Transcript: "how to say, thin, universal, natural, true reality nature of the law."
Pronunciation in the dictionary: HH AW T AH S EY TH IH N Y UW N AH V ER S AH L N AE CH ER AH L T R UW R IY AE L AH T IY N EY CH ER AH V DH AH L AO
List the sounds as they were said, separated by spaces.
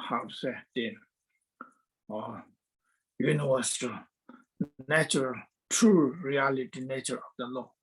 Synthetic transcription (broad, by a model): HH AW S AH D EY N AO Y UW N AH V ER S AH L N AE CH ER AH L T R UW R IY AE L AH T IY N EY CH ER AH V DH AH L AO